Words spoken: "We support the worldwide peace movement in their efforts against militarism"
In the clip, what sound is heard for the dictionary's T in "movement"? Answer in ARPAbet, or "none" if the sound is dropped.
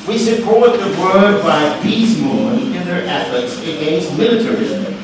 none